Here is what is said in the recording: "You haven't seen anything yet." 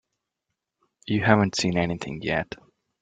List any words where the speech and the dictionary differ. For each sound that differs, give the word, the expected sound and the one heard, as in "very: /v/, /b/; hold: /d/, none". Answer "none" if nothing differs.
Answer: none